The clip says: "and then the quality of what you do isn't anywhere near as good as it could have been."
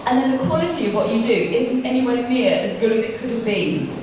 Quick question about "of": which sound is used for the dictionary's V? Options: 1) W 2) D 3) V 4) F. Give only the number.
3